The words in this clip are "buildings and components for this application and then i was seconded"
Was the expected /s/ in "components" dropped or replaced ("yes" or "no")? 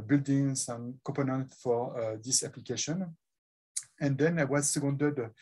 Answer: yes